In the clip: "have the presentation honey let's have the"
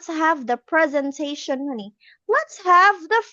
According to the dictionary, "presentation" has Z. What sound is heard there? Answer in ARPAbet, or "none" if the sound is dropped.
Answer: Z